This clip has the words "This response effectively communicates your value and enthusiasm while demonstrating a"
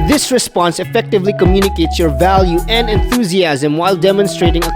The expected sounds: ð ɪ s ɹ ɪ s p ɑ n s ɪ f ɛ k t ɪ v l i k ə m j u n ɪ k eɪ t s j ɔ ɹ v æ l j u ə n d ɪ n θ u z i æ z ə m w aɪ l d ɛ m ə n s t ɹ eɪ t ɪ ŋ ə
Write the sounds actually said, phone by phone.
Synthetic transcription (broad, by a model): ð ɪ s ɹ ɪ s p ɑ n s ɪ f ɛ k t ɪ v l i k ə m j u n ɪ k eɪ t s j ɔ ɹ v æ l j u ə n d ɪ n θ u z i æ z ə m w aɪ l d ɛ m ə n s t ɹ eɪ t ɪ ŋ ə